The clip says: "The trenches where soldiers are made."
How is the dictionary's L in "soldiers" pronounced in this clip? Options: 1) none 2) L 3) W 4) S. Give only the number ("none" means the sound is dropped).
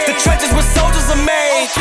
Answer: 2